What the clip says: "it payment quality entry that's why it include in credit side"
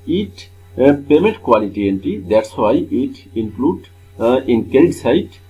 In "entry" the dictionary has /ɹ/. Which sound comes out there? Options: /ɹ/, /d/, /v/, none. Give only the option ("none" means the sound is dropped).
none